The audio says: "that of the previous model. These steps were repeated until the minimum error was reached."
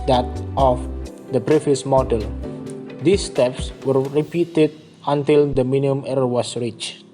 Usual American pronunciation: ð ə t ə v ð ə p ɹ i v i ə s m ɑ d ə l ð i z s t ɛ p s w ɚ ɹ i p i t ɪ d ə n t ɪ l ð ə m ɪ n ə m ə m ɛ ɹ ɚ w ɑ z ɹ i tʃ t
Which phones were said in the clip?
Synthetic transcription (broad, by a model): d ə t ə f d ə b ɹ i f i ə s m ɑ d ə l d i s t ɛ p s w ɚ ɹ i p i t ɪ d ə n t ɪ l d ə m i n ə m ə m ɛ ɹ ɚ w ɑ s ɹ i tʃ